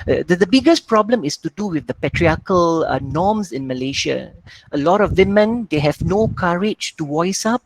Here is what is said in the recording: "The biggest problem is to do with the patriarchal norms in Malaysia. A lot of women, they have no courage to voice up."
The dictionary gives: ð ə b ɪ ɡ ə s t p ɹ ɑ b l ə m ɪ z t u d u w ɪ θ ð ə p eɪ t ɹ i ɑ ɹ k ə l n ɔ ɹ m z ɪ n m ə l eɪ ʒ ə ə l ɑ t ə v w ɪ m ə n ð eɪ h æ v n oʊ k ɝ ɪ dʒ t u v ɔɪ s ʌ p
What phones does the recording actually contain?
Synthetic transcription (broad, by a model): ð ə b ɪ ɡ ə s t p ɹ ɑ b l ə m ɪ s t u d u w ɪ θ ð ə p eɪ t ɹ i ɑ k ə l n ɔ m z ɪ n m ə l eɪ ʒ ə ə l ɑ t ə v w ɪ m ə n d eɪ h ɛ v n oʊ k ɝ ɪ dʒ t u w ɔɪ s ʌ p